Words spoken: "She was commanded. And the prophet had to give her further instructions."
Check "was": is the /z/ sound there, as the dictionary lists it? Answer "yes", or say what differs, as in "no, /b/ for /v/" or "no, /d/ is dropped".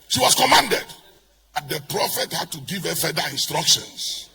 no, /s/ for /z/